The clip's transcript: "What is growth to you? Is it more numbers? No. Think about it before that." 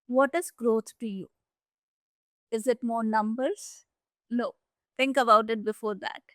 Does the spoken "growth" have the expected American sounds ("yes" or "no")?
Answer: no